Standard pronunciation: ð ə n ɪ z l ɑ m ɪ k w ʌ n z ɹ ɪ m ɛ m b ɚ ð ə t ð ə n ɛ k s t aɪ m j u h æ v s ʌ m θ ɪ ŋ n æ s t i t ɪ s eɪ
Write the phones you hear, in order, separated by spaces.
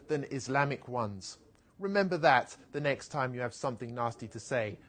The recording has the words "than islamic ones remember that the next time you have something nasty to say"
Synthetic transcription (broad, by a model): ð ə n ɪ z l ɑ m ɪ k w ʌ n z ɹ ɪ m ɛ m b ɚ ð ə t ð ə n ɛ k s t aɪ m j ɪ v s ʌ m θ ɪ ŋ n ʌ s t i t ɪ s eɪ